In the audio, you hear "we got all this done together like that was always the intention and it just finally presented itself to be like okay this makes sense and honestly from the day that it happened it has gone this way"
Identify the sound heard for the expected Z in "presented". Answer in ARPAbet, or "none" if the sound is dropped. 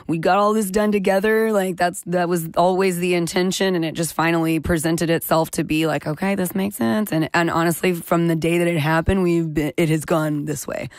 Z